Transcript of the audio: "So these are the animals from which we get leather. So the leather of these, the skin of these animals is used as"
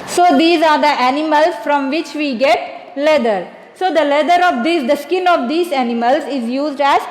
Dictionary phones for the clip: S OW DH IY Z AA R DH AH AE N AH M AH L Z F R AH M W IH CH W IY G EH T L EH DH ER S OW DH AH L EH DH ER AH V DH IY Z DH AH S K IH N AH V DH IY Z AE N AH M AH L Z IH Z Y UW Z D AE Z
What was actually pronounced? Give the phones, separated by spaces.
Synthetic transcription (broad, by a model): S OW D IY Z AA R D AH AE N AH M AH L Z F R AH M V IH CH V IY G EH T L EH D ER S OW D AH L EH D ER AH V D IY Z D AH S K IH N AH V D IY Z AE N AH M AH L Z IH Z Y UW Z D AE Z